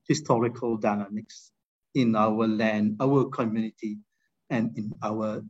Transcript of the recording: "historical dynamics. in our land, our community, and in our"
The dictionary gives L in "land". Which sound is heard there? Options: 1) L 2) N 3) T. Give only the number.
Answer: 1